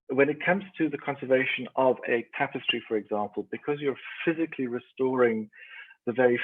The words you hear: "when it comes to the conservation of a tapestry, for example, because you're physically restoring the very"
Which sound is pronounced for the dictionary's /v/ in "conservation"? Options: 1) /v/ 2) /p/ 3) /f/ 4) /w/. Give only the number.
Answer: 1